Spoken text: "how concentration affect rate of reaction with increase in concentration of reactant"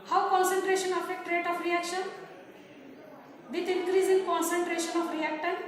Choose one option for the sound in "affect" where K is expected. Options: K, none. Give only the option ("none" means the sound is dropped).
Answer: none